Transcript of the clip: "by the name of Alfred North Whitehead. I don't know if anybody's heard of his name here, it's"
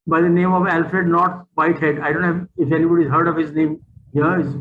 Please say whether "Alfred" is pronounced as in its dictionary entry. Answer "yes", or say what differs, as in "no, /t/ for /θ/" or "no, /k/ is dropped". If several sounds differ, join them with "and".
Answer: yes